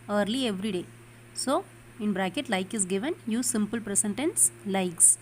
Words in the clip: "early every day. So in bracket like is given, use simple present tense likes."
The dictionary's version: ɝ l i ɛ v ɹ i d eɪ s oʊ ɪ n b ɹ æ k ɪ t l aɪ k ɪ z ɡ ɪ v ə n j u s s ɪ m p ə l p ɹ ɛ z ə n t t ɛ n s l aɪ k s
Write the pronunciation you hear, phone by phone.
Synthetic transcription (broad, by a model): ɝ l i ɛ v ɹ i d eɪ s oʊ ɪ n b ɹ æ k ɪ t l aɪ k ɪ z ɡ ɪ v ə n j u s s ɪ m p ə l p ɹ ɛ s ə n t t ɛ n s l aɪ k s